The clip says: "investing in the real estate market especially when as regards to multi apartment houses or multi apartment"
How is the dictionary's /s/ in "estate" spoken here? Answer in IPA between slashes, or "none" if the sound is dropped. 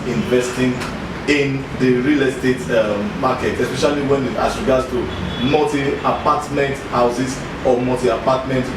/s/